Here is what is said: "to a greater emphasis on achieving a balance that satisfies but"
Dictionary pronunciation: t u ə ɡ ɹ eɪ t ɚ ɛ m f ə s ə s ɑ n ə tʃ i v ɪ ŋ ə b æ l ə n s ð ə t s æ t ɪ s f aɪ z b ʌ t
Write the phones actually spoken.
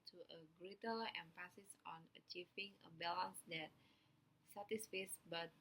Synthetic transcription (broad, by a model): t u ə ɡ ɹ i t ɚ ɛ m f ə s ə s ɑ n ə tʃ i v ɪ ŋ ə b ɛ l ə n s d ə t s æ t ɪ s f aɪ s b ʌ t